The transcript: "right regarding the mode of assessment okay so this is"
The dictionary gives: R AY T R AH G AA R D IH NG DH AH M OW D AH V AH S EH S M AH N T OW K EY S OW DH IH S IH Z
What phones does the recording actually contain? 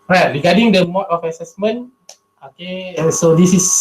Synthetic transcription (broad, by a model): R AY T R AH G AA D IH NG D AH M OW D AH F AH S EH S M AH N OW K EY S OW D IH S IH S